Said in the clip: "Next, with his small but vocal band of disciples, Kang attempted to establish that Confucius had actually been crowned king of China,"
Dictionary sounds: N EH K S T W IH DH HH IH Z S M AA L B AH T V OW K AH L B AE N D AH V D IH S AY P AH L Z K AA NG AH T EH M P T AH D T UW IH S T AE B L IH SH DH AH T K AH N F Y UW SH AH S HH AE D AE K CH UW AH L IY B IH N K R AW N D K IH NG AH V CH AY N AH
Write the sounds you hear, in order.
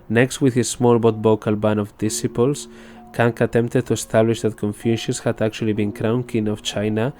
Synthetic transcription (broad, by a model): N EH K S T W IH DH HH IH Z S M AA L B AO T B OW K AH L B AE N AH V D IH S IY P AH L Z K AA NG AH T EH M P T AH D T UW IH S T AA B L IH SH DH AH T K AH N F Y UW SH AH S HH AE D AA K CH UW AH L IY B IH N K R AW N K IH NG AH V CH AY N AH